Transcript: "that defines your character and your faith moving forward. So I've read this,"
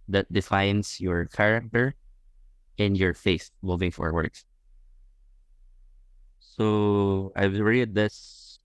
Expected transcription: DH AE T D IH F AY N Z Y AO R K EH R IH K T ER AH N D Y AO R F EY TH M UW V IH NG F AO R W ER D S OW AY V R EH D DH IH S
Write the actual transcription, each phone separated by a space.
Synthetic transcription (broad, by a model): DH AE T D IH F AY N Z Y AO R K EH R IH K T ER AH N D Y AO R F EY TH M UW V IH NG F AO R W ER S S OW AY W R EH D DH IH S